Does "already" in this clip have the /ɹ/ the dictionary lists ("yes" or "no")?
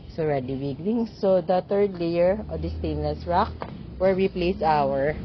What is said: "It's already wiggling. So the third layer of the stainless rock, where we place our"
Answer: yes